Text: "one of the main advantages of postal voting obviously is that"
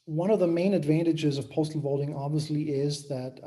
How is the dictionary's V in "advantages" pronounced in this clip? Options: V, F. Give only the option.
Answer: V